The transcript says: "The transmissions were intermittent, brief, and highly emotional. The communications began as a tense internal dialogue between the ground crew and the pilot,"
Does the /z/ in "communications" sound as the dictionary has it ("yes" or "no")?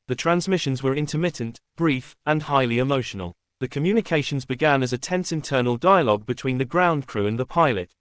yes